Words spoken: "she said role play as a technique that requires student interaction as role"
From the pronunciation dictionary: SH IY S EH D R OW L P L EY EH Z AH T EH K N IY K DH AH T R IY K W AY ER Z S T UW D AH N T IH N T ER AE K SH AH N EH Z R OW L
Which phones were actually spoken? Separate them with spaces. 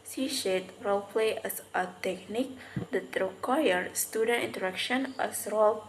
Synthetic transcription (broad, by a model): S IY SH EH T R OW L P L EY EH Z AH T EH K N IY K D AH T R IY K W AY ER S T UW D AH N T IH N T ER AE K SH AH N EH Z R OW L